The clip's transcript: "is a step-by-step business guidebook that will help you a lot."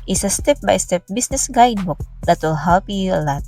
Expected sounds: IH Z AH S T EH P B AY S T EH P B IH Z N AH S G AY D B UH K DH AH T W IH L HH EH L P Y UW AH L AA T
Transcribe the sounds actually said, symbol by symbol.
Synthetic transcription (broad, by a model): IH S AH S T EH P B AY S T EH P B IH S N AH S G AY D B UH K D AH T W IH L HH EH L P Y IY AH L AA T